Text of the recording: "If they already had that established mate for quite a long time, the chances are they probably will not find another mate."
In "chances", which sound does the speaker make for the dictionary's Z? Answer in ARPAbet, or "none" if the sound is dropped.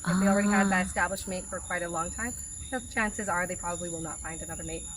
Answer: Z